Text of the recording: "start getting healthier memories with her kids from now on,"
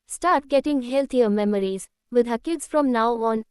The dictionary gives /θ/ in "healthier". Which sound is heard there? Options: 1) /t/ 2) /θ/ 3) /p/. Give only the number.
1